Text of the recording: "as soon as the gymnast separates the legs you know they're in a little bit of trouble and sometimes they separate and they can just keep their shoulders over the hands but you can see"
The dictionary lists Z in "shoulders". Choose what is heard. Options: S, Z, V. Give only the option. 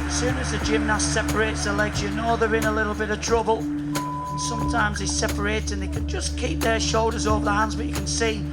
Z